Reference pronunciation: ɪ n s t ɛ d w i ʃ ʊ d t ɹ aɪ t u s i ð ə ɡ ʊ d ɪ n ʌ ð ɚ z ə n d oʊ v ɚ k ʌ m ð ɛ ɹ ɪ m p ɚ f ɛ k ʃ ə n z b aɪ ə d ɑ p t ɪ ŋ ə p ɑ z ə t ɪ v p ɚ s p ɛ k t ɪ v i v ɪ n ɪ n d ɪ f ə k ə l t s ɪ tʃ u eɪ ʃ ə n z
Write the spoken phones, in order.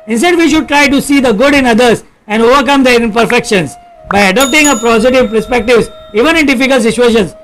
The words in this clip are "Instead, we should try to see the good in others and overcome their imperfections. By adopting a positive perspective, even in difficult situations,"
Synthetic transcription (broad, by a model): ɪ n s t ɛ d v i ʃ ʊ d t ɹ aɪ t u s i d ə ɡ ʊ d ɪ n ʌ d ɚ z ə n d oʊ v ɚ k ʌ m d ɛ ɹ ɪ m p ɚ f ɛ k ʃ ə n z b aɪ ə d ɑ p t ɪ ŋ ə p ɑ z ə t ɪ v p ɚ s p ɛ k t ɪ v i v ɪ n ɪ n d ɪ f ə k ə l t s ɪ tʃ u eɪ ʃ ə n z